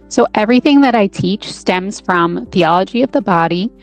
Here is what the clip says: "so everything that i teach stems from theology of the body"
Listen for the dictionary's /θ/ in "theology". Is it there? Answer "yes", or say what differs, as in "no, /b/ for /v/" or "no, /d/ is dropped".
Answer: yes